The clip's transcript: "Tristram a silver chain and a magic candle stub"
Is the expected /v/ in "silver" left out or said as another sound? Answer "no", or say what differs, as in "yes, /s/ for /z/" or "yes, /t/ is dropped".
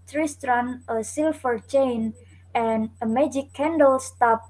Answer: yes, /f/ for /v/